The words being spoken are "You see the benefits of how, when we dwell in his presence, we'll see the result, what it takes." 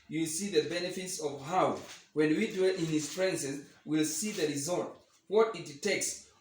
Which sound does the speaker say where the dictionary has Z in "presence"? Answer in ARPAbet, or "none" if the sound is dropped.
S